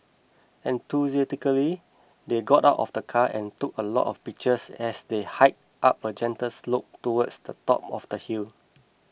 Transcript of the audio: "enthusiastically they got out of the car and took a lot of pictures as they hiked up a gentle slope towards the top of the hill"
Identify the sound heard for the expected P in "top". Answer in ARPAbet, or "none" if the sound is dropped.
P